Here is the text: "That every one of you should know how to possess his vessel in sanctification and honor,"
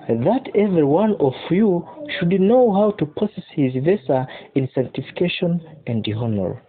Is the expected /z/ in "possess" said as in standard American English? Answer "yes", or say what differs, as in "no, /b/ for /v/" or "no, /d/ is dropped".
no, /s/ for /z/